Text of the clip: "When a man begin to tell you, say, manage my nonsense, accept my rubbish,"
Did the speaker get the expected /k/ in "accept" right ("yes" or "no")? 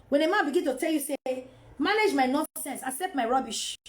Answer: yes